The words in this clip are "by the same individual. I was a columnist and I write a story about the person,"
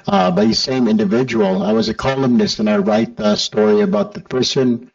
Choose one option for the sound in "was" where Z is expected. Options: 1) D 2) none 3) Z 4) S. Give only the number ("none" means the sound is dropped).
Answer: 3